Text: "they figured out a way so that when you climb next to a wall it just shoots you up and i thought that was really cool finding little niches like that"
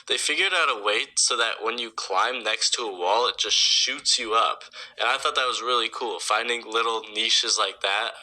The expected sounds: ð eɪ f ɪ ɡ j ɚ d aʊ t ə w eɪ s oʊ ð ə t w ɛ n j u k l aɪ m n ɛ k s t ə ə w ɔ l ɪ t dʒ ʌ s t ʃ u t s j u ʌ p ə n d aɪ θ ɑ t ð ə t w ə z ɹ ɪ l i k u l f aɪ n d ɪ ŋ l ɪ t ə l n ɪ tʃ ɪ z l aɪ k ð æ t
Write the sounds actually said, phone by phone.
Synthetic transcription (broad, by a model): ð eɪ f ɪ ɡ j ɚ d aʊ t ə w eɪ s oʊ ð ə t w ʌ n j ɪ k l aɪ m n ɛ k s t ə ə w ɔ l ɪ t dʒ ʌ s t ʃ u t s j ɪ ʌ p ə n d aɪ θ ɑ t ð ə t w ə z ɹ ɪ l i k u l f aɪ n d ɪ ŋ l ɪ t l n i ʃ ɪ z l aɪ k ð æ t